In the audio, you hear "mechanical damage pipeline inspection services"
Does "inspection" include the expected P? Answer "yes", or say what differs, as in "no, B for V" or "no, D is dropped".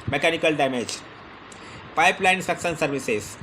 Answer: no, P is dropped